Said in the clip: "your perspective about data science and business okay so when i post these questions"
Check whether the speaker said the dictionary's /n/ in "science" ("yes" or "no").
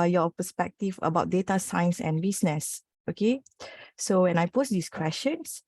yes